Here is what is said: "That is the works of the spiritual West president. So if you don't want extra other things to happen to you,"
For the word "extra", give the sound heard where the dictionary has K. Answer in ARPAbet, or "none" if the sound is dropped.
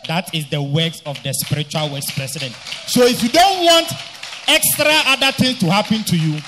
K